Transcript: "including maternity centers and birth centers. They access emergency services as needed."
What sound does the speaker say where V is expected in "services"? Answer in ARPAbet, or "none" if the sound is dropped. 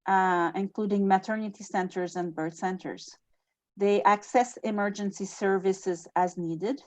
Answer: V